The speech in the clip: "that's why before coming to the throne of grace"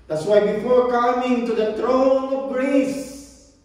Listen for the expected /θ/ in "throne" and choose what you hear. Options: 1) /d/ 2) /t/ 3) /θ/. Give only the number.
2